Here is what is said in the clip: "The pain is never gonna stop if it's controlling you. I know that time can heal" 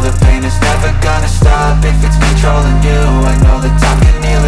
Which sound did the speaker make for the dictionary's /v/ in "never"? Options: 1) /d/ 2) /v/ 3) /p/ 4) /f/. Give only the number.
4